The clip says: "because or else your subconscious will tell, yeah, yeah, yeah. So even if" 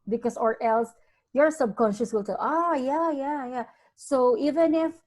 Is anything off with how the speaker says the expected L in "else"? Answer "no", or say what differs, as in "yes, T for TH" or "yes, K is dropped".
no